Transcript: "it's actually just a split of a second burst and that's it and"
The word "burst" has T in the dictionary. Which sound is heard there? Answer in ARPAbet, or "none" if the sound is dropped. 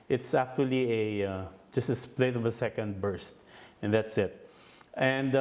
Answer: T